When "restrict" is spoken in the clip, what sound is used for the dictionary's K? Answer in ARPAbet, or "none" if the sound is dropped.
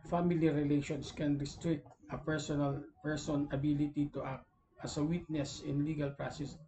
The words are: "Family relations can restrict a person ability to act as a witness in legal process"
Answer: K